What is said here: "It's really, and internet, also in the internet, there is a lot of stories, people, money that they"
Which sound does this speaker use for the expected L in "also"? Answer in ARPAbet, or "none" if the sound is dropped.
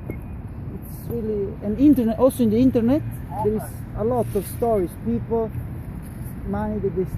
none